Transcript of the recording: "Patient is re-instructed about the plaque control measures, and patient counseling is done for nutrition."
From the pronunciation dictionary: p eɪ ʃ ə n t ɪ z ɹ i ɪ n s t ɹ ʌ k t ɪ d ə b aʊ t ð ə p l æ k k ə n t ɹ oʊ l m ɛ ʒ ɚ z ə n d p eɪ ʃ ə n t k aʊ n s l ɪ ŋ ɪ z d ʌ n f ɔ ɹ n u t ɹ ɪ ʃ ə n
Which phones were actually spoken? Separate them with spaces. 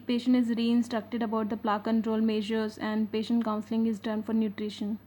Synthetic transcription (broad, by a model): p eɪ ʃ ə n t ɪ z ɹ i ɪ n s t ɹ ʌ k t ɪ d ə b aʊ t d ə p l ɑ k k ə n t ɹ oʊ l m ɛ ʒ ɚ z ə n d p eɪ ʃ ə n t k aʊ n s l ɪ ŋ ɪ z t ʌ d f ɔ ɹ n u t ɹ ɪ ʃ ə n